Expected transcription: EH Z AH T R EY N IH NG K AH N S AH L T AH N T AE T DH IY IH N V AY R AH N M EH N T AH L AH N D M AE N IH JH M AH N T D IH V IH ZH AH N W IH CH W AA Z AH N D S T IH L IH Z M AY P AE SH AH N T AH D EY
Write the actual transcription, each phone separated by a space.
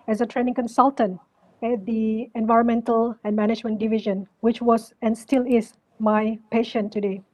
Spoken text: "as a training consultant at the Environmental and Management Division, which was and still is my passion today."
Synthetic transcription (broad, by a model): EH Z AH T R EY N IH NG K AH N S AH L T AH N T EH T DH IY IH N V AY R AH N M EH N T AH L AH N M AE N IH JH M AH N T D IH V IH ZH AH N W IH CH W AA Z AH N S T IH L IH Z M AY P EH SH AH N T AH D EY